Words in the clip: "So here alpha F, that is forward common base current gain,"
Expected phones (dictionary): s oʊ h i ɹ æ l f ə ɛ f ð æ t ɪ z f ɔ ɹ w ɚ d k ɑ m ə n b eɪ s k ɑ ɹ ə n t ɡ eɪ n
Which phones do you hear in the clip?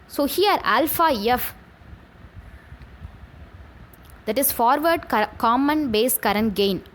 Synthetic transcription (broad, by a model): s oʊ h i ɹ æ l f ə ɛ f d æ t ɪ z f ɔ ɹ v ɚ d k ɑ m ə n b eɪ s k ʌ ɹ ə n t ɡ eɪ n